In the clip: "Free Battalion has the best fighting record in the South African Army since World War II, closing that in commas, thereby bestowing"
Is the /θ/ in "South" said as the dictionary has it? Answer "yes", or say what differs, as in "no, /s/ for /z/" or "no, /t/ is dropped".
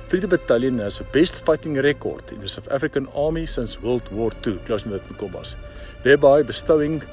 no, /f/ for /θ/